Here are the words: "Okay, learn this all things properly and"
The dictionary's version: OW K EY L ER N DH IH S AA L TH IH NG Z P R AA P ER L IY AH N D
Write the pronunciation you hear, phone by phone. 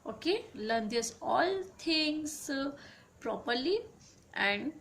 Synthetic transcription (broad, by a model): OW K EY L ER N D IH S AA L T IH NG S P R AA P ER L IY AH N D